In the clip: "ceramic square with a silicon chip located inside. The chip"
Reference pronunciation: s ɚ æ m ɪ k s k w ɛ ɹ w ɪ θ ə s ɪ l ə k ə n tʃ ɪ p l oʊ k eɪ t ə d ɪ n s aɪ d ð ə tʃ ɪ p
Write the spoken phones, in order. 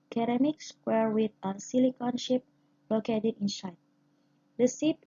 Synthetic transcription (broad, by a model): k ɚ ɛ m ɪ k s w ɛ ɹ w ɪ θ ə s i l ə k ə n ʃ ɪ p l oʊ k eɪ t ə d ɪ n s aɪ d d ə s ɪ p